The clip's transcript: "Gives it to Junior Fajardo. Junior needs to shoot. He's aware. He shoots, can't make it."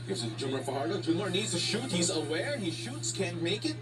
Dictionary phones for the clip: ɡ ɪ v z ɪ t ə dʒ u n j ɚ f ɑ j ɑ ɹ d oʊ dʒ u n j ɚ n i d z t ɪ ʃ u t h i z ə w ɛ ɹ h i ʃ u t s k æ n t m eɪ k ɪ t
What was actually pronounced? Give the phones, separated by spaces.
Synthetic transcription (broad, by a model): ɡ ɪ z ɪ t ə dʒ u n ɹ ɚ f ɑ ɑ ɹ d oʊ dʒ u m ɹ n i d z t ɪ ʃ u t h i z ə w ɛ ɹ h i ʃ u t s k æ n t m eɪ k ɪ t